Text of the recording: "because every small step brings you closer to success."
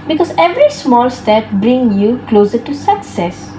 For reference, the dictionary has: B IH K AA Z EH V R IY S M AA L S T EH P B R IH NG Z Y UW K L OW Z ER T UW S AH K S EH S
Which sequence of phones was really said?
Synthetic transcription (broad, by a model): B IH K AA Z EH V R IY S M AA L S T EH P B R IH NG Y UW K L OW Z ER T UW S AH K S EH S